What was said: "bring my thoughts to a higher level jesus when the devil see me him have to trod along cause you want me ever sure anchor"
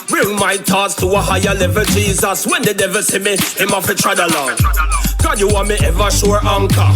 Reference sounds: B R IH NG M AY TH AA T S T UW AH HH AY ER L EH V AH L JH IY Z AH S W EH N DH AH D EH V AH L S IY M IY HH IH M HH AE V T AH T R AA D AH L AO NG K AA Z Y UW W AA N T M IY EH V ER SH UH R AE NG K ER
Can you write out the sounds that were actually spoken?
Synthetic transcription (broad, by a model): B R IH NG M AY T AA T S T UW AH HH AY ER L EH V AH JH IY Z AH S W EH N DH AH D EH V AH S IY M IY HH IH M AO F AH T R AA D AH L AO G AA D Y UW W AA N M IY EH V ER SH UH R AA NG K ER